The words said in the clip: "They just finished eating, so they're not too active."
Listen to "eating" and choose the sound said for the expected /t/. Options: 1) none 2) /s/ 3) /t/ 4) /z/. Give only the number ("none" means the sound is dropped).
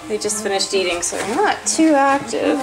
3